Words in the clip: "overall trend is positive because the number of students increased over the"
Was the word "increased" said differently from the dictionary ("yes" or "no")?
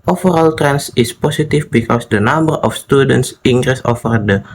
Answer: yes